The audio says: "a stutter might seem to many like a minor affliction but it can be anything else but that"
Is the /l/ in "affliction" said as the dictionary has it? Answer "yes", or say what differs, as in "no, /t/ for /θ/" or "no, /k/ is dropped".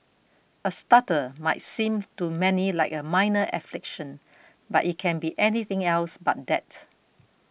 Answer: yes